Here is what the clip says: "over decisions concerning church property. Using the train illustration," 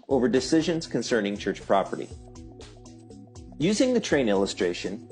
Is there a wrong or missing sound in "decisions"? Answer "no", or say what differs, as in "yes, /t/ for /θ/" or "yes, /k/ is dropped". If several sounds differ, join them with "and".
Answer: no